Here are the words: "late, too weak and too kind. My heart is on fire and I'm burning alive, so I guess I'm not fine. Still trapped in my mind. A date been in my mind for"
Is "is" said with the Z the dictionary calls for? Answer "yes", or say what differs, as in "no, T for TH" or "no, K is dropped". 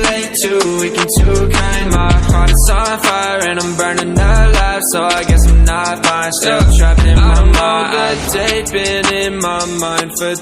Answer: no, S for Z